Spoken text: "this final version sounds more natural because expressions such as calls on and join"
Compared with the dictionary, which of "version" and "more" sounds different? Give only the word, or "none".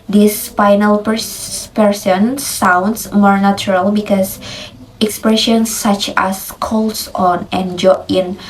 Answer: version